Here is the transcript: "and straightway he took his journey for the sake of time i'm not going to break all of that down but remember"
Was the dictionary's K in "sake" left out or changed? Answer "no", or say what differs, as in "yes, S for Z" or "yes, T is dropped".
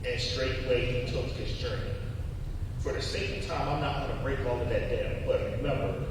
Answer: yes, K is dropped